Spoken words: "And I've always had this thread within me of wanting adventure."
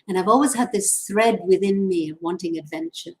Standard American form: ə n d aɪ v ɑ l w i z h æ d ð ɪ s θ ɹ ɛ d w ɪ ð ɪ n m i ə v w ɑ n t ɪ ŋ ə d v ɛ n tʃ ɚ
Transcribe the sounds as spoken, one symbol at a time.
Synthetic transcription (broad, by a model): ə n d aɪ v ɑ l w i z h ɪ d ð ɪ s θ ɹ ɛ d w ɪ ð ɪ n m i w ɑ n t ɪ ŋ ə d v ɛ n tʃ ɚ